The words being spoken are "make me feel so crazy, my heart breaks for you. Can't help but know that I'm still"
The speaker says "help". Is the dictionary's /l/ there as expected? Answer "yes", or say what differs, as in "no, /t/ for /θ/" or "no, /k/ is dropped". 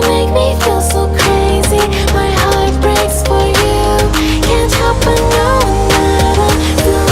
no, /l/ is dropped